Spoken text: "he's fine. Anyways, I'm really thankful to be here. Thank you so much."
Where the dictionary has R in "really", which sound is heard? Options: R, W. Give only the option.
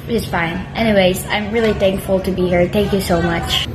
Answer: R